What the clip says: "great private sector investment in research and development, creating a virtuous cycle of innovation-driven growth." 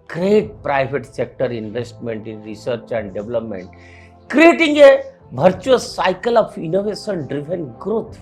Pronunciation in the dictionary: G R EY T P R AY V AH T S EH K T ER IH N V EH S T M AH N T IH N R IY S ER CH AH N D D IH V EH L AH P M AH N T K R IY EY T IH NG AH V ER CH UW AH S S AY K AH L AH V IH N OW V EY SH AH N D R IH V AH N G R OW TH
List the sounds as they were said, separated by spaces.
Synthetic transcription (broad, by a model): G R EY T P R AY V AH T S EH K T ER IH N V EH S T M AH N T IH N R IY S ER CH AH N D D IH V L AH P M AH N T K R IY EY T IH NG AH B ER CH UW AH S S AY K AH L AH F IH N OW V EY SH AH N D R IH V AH N G R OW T